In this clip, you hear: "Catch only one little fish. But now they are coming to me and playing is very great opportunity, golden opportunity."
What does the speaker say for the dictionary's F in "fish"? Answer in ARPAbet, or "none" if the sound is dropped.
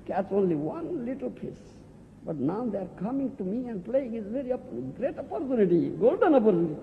P